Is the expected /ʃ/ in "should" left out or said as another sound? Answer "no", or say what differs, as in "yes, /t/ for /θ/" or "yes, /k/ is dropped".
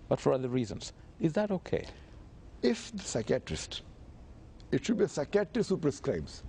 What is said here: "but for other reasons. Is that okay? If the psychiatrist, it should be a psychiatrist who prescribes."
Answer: no